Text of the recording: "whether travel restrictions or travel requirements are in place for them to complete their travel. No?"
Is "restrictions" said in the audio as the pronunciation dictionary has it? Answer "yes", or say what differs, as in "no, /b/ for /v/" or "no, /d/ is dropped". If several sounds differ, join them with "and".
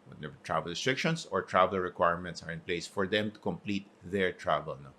no, /s/ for /z/